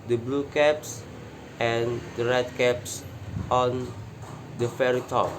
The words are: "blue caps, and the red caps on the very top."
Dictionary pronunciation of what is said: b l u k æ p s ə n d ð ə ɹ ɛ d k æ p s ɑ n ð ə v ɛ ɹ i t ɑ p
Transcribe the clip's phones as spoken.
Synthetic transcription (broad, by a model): b l u k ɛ p s ə n d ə ɹ ɛ d k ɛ p s ɑ n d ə f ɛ ɹ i t ɑ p